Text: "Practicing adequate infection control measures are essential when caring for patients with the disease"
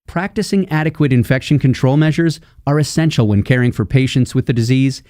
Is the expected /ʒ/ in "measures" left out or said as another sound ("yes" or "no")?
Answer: no